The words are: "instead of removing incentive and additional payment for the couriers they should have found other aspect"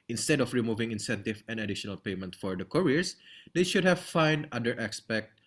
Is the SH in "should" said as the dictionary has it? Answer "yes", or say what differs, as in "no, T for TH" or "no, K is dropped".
yes